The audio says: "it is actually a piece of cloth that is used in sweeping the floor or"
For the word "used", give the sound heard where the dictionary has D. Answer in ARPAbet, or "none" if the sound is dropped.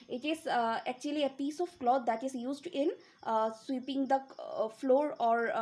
D